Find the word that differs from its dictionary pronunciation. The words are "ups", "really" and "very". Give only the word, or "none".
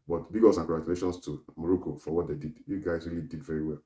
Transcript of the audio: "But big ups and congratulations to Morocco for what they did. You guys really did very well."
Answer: ups